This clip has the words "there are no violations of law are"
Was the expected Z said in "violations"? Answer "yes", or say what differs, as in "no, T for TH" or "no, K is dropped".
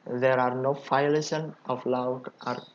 no, Z is dropped